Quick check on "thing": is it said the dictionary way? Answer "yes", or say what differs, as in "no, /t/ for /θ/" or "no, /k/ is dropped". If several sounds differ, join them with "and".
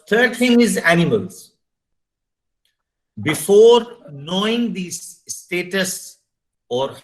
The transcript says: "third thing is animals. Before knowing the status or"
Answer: no, /t/ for /θ/